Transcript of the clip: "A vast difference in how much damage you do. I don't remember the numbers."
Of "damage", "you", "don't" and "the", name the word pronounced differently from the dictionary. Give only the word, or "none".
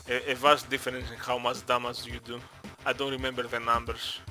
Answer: damage